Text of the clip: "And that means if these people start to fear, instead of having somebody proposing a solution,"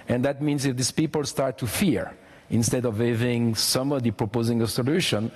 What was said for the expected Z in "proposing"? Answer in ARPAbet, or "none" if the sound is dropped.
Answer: Z